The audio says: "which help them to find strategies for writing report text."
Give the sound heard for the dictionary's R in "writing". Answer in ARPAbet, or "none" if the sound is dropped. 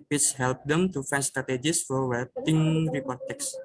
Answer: W